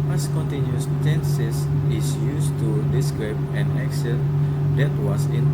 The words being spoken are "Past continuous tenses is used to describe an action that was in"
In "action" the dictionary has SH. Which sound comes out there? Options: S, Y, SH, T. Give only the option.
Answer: S